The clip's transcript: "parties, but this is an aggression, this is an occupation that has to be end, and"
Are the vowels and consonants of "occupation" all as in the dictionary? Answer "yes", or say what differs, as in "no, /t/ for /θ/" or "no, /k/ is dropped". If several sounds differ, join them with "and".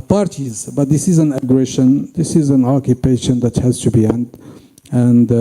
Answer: yes